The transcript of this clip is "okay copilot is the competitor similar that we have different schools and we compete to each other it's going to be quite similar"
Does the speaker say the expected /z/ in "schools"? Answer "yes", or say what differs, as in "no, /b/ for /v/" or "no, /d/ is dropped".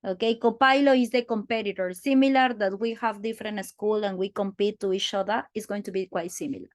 no, /z/ is dropped